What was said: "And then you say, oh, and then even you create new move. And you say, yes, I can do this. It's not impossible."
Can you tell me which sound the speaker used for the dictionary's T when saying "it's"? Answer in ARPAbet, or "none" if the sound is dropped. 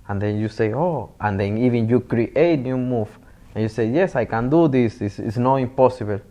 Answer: S